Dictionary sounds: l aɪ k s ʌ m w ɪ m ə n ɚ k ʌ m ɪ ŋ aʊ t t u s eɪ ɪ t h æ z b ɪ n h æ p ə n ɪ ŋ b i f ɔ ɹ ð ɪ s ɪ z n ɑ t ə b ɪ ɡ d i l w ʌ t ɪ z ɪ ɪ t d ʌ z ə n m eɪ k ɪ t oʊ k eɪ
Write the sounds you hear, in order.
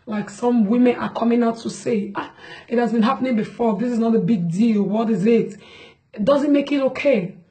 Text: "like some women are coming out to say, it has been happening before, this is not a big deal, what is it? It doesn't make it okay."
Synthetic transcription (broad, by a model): l aɪ k s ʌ m w ɪ m ə n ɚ k ʌ m ɪ ŋ aʊ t t u s eɪ ɪ t h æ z b ɪ n h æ p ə n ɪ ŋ b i f ɔ ɹ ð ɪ s ɪ z n ɑ t ə b ɪ ɡ d i l w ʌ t ɪ z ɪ ɪ t d ʌ z ə n m eɪ k ɪ t oʊ k eɪ